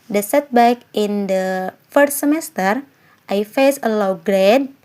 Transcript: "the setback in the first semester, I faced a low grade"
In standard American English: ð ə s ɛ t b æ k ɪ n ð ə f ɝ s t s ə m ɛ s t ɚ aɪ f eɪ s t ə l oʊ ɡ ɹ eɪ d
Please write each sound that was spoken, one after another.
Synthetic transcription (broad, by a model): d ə s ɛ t b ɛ k ɪ n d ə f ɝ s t s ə m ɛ s t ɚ aɪ f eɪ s ə l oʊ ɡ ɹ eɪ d